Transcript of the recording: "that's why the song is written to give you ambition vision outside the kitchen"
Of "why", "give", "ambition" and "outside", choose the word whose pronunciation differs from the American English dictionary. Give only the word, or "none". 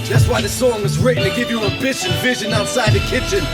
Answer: ambition